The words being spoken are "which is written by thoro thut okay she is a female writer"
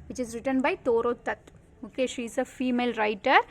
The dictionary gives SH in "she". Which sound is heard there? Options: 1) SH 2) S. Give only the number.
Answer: 1